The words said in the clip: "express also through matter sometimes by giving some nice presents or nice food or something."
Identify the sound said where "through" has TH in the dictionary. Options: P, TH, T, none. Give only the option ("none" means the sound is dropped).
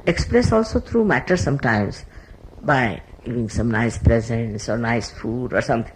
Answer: T